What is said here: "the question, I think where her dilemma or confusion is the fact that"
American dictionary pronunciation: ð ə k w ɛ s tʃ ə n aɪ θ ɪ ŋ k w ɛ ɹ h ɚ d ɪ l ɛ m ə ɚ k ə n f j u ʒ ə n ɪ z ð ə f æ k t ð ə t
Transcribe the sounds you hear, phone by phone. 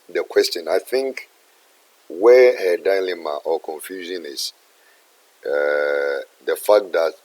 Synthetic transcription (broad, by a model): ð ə k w ɛ s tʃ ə n aɪ θ ɪ ŋ k w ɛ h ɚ d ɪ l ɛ m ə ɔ k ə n f j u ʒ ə n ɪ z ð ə f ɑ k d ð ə t